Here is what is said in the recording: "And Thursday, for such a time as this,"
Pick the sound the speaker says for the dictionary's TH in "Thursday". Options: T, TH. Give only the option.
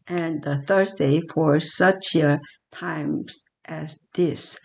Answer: TH